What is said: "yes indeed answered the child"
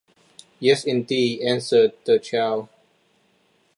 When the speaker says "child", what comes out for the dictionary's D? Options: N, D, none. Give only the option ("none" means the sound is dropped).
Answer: none